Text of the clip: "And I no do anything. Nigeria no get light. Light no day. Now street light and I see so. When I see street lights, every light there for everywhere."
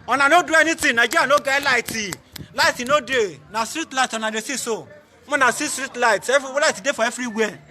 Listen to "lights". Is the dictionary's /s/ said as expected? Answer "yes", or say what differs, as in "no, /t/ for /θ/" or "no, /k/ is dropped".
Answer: no, /s/ is dropped